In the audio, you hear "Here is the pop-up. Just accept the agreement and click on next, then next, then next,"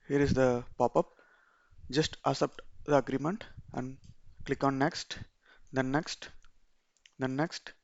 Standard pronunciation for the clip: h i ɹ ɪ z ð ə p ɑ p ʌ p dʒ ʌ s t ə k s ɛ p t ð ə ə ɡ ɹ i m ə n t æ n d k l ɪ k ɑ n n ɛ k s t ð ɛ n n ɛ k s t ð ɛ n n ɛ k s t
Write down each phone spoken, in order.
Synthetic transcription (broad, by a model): h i ɹ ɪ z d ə p ɑ p ʌ p dʒ ʌ s t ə s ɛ p t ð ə ə ɡ ɹ i m ə n t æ n d k l ɪ k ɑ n n ɛ k s t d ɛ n n ɛ k s t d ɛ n n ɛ k s t